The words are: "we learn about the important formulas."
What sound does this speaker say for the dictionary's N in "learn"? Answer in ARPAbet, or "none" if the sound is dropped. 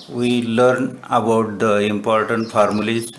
N